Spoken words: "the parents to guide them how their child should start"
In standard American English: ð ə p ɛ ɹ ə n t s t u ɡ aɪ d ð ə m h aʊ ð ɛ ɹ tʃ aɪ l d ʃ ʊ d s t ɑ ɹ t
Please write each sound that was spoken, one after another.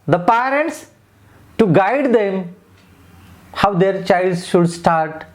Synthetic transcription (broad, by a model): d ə p ɛ ɹ ə n t s t u ɡ aɪ d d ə m h aʊ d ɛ ɹ tʃ aɪ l d ʃ ʊ d s t ɑ ɹ t